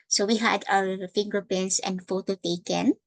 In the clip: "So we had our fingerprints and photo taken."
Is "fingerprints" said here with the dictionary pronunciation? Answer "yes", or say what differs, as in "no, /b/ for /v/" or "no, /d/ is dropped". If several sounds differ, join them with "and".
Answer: no, /ɹ/ is dropped